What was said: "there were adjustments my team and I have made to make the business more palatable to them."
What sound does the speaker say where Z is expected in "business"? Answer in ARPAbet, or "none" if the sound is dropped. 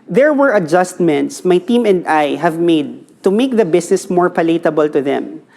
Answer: S